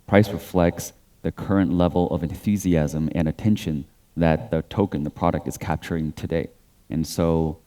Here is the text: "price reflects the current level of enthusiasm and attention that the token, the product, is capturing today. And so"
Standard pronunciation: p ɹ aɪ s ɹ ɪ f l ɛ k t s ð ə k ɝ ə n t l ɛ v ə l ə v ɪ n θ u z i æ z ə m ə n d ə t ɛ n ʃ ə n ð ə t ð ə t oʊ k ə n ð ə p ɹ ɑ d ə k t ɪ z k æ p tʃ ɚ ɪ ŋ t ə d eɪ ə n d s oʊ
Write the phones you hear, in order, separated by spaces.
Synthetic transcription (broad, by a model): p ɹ aɪ s ɹ ɪ f l ɛ k t s ð ə k ɝ ə n t l ɛ v l ə v ɪ n θ u z i æ z ə m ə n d ə t ɛ n ʃ ə n ð ə t ð ə t oʊ k ə n ð ə p ɹ ɑ d ə k t ɪ z k æ p tʃ ɚ ɪ ŋ t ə d eɪ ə n s oʊ